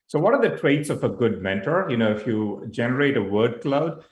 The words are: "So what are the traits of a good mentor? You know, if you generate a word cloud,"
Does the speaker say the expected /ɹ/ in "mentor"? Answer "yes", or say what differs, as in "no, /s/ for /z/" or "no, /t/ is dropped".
yes